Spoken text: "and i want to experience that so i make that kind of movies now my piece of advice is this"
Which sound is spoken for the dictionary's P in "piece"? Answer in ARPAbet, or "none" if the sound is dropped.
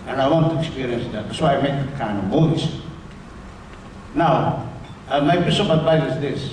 B